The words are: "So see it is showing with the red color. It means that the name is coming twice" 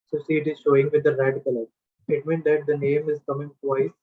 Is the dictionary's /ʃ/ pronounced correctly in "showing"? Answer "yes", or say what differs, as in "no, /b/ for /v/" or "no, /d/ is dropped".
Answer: yes